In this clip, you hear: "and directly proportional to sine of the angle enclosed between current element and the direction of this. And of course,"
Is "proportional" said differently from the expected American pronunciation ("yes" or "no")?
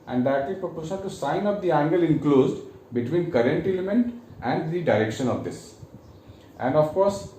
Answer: yes